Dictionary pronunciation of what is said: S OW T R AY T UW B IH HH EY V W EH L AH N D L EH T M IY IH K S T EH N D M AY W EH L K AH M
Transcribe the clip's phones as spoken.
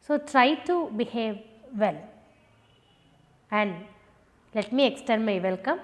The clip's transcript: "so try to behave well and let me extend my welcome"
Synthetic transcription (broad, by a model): S OW T R AY T UW B IH HH EY V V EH L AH N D L EH T M IY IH K S T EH D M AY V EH L K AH M